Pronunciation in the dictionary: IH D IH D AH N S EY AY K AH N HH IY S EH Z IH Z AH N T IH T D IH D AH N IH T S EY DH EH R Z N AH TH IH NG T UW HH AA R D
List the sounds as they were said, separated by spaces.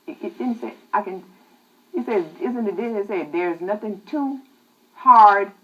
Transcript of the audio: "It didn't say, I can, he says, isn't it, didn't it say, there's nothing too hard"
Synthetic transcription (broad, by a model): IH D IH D N S EY AY K AH N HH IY S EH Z IH Z AH N T IH T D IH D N IH T S EY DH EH R Z N AH TH IH NG T UW HH AA R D